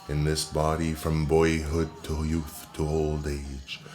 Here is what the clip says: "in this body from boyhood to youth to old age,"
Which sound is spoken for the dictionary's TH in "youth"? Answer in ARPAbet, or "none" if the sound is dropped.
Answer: TH